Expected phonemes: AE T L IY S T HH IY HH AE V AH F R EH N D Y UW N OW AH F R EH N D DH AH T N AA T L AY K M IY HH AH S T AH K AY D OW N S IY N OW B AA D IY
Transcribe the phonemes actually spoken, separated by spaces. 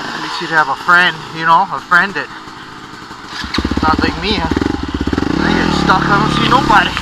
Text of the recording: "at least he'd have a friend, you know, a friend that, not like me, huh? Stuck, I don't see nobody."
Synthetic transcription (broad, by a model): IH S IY T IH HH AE V AH F R EH N D Y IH N OW AH F R EH N D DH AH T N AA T L AY K M IY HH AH S T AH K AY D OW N S IY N OW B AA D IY